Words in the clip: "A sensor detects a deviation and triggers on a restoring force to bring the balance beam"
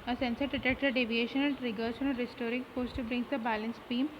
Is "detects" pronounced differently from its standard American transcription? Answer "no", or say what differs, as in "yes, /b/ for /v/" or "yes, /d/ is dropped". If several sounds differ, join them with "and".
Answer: yes, /s/ is dropped